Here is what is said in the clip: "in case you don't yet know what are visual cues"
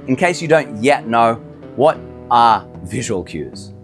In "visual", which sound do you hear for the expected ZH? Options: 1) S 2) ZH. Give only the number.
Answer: 2